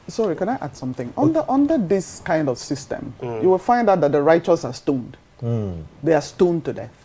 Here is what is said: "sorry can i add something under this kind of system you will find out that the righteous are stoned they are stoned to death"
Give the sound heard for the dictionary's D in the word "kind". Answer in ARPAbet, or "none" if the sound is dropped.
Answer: D